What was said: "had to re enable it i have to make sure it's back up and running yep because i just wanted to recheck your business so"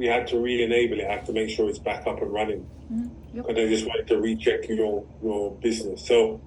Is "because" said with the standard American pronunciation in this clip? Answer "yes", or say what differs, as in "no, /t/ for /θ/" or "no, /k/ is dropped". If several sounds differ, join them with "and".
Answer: no, /k/ is dropped